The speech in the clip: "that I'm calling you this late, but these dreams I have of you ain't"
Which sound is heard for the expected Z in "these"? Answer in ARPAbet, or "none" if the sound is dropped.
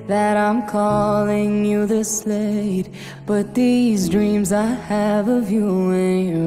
Z